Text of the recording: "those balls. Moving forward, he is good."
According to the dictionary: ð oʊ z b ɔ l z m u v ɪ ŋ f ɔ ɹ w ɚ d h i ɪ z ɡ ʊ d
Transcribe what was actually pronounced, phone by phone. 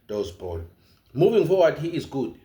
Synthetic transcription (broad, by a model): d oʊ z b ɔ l m u v ɪ ŋ f ɔ w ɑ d h i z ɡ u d